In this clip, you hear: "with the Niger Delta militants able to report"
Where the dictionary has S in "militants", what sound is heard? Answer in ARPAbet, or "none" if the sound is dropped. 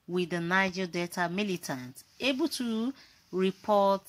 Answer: none